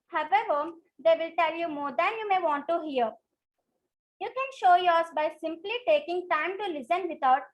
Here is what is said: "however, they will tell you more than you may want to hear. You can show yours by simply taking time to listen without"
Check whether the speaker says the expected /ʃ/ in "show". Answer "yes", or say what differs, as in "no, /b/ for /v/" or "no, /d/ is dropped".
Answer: yes